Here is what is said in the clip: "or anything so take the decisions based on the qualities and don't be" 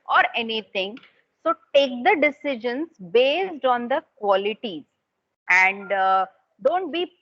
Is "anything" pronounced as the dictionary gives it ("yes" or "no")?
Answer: no